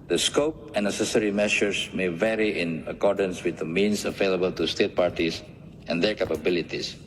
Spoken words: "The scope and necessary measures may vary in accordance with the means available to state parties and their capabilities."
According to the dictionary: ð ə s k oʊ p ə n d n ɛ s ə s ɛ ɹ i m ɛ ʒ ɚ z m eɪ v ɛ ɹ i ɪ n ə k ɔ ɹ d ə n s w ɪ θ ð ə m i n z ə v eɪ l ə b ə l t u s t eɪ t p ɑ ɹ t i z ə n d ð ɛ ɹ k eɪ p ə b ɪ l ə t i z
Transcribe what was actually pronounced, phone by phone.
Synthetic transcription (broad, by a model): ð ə s k oʊ p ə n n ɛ s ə s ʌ ɹ i m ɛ ʃ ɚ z m eɪ v ɛ ɹ i ɪ n ə k ɔ ɹ d ə n s w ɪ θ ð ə m i n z ə v eɪ l ə b ə l t u s t eɪ t p ɑ ɹ t i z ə n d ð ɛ ɹ k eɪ p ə b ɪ l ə t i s